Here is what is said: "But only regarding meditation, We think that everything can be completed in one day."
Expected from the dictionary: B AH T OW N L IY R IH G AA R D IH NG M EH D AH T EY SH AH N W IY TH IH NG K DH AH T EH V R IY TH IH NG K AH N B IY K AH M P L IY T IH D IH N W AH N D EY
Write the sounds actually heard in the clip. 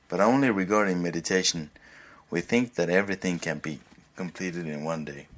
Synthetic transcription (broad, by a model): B AH T OW N L IY R IH G AA R D IH NG M EH D AH T EY SH AH N W IY TH IH NG K DH AH T EH V R IY TH IH NG K AH N B IY K AH M P L IY T IH D IH N W AH N D EY